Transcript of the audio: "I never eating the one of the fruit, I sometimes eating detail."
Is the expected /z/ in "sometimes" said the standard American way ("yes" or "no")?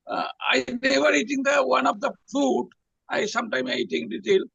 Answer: no